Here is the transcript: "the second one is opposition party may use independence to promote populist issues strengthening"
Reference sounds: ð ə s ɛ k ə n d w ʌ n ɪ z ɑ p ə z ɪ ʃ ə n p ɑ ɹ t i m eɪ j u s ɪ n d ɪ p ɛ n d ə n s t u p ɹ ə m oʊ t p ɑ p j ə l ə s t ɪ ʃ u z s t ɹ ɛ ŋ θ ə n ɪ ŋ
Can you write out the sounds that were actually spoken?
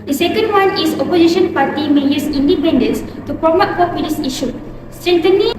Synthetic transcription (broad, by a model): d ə s ɛ k ə n d w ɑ n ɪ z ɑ p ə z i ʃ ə n p ɑ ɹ t i m eɪ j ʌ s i n d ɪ p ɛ n d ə n s t u p ɹ ə m oʊ t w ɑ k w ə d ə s i ʃ u s t ɹ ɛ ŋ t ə n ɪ